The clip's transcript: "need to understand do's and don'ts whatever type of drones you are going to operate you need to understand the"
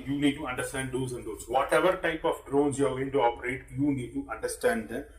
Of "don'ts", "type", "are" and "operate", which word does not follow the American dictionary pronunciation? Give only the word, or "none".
don'ts